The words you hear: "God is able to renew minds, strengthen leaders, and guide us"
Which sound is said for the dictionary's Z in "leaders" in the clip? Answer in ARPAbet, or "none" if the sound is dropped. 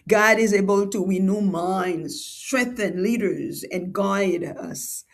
Z